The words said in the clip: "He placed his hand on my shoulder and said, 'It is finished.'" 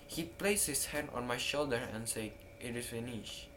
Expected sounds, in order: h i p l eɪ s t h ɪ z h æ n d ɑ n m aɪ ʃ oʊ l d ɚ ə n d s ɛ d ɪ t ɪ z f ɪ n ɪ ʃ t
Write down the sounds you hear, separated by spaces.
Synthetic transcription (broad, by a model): h i p l eɪ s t h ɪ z h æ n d ɑ n m aɪ ʃ oʊ l d ɚ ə n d s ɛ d ɪ t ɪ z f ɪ n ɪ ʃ